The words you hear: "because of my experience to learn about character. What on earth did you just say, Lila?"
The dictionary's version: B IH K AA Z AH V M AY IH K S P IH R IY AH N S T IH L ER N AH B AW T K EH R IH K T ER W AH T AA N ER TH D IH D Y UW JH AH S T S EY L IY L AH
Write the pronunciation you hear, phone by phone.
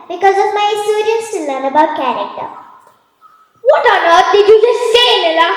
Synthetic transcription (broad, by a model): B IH K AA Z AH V M AY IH S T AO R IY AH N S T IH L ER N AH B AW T K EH R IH K T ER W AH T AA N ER T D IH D Y UW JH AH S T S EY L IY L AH